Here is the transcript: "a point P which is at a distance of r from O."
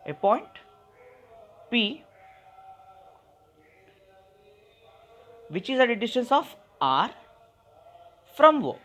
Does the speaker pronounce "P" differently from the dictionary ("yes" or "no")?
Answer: no